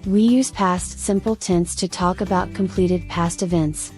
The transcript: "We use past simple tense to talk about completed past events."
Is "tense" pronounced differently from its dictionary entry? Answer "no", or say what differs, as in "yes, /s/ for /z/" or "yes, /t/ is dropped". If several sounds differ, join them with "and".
no